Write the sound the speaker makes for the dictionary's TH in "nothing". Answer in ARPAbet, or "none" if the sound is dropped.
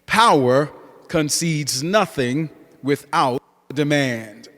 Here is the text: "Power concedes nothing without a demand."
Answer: TH